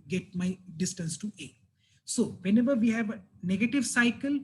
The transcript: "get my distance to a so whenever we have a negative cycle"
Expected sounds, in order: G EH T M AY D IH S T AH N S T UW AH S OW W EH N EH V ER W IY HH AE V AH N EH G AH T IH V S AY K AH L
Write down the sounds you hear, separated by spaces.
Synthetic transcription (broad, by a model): G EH T M AY D IH S T AH N S T UW AH S OW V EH N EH V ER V IY HH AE V AH N EH G AH T IH V S AY K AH L